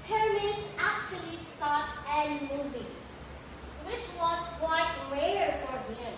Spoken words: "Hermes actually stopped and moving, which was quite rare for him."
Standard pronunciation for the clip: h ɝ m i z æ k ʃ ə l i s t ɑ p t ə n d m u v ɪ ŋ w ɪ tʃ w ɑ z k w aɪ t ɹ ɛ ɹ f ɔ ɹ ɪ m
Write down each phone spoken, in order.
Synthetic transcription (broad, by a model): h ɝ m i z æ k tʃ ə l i s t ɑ t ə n m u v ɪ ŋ w ɪ tʃ w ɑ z k w aɪ t ɹ ɛ ɹ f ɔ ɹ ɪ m